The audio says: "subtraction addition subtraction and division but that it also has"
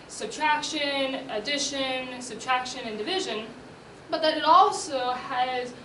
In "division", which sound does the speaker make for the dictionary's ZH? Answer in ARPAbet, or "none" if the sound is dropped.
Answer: ZH